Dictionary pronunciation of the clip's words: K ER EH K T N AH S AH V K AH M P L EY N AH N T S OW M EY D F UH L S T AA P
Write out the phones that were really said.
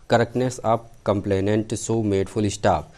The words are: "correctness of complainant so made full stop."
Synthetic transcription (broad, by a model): K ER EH K T N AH S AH P K AH M P L EY N AH N T S OW M EY D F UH L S T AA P